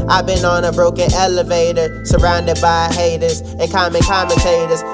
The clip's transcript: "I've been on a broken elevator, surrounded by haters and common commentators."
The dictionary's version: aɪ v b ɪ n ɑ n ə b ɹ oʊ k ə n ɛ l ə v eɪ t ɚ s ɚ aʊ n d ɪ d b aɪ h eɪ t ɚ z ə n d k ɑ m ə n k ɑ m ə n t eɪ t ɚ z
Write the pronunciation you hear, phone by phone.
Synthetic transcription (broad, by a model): aɪ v b ɪ n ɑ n ə b ɹ oʊ k ə n ɛ l ə v eɪ t ɚ s ɚ aʊ n d ɪ d b aɪ h eɪ t ɚ z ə n k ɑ m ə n k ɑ m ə n t eɪ t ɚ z